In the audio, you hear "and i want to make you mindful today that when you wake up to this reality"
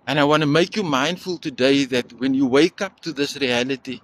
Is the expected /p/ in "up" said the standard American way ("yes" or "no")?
yes